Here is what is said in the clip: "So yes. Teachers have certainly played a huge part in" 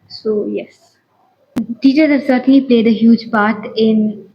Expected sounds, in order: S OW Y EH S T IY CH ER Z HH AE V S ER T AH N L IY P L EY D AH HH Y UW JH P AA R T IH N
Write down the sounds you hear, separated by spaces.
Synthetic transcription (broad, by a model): S OW Y EH S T IY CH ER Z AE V S ER T AH N L IY P L EY D AH HH Y UW JH P AA R T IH N